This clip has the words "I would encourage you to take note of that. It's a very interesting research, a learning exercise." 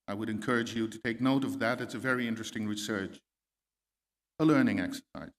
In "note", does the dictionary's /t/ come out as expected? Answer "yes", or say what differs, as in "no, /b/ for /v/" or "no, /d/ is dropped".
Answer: yes